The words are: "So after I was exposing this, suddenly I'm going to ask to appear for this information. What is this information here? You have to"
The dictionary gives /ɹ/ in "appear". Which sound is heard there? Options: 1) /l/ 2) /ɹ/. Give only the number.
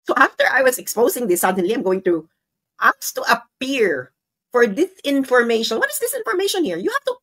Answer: 2